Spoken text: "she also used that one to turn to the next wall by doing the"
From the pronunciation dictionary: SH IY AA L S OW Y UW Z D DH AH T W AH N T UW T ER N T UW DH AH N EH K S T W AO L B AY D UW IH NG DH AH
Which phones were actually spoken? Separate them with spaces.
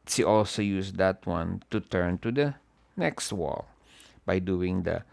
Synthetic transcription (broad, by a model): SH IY AA L S OW Y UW S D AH T W AH N T UW T ER N T UW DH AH N EH K S T W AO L B AY D UW IH NG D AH